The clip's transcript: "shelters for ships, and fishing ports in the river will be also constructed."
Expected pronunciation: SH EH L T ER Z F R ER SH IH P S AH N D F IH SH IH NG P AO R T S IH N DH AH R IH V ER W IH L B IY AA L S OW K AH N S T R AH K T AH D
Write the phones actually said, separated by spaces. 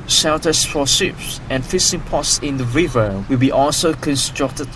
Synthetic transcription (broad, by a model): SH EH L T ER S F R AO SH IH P S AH N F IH S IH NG P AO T S IH N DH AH R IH V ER W IH L B IY AA L S OW K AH N S T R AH K T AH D